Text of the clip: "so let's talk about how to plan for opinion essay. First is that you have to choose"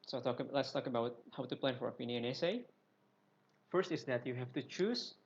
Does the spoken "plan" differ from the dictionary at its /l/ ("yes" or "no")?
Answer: no